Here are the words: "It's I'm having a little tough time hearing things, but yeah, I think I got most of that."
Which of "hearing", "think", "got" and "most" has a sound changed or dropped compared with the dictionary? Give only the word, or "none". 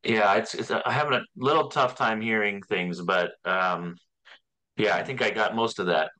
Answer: none